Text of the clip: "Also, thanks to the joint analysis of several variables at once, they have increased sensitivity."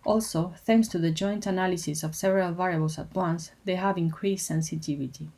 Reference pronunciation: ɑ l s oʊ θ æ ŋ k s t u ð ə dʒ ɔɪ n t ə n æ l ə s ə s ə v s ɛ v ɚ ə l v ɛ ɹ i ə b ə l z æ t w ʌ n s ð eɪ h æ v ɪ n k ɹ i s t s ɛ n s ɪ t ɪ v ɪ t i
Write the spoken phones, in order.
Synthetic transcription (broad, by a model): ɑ l s oʊ θ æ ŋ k s t u ð ə dʒ ɔɪ n t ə n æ l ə s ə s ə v s ɛ v ɚ ə l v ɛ ɹ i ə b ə l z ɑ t w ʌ n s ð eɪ h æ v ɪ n k ɹ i s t s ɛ n s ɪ t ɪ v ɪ t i